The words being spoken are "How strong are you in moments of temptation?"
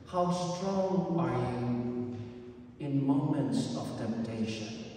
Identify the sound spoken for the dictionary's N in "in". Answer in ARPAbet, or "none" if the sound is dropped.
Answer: N